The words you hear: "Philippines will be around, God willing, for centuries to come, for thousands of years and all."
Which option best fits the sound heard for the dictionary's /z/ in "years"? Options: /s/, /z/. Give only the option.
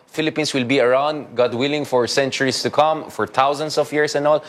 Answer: /s/